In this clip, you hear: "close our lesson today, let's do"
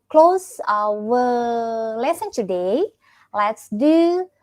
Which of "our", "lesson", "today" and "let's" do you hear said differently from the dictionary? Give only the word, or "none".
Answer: our